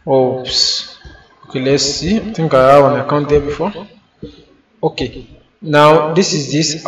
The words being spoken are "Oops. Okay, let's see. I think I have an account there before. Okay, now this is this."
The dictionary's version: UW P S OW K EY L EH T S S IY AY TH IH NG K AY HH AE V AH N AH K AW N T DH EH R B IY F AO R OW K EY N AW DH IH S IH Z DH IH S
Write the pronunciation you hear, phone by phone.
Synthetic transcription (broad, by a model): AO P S OW K EY L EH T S S IY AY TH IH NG K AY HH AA W AH N AH K AW N T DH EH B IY F AO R OW K EY N AW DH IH S IH Z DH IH S